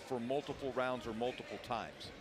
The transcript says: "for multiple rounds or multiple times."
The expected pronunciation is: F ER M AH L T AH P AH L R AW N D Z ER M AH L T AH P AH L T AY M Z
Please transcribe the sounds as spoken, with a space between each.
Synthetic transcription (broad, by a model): F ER M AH L T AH P L R AW N D Z ER M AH L T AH P L T AY M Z